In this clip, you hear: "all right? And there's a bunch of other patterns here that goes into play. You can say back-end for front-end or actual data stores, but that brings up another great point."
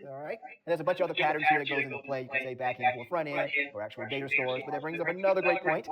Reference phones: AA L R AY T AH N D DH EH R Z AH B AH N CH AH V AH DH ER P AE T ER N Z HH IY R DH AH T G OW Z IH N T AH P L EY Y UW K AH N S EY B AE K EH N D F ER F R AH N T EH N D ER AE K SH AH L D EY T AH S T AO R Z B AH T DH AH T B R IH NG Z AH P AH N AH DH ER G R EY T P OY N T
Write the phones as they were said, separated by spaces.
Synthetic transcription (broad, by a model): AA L R AY T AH N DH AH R Z AH B AH N CH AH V AH DH ER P AE T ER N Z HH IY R DH AH T G OW Z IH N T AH P L EY Y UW K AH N S EY B AE K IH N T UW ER F R AH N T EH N ER AE K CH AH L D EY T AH S T AO R Z B AH T DH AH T B R IH NG Z AH P AH N AH DH ER G R EY T P OY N T